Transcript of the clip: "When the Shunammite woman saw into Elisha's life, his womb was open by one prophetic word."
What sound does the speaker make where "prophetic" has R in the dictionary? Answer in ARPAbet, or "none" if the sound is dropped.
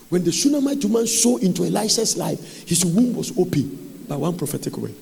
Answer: R